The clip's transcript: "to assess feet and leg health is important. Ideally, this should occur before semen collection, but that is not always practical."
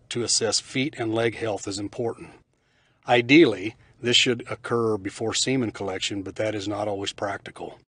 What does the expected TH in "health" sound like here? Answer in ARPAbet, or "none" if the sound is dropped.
TH